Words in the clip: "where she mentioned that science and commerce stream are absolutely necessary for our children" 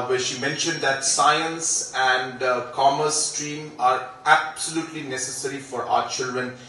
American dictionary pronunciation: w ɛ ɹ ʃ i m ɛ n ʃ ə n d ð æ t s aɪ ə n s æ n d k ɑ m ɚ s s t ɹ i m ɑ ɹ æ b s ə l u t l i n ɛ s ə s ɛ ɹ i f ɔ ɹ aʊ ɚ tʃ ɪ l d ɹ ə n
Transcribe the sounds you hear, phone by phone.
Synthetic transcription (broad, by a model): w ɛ ʃ i m ɛ n ʃ ə n d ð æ t s aɪ ə n s æ n d k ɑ m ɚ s s t ɹ i m ɑ ɹ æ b s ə l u t l i n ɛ s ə s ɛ ɹ i f ɔ ɹ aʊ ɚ tʃ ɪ l d ɹ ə n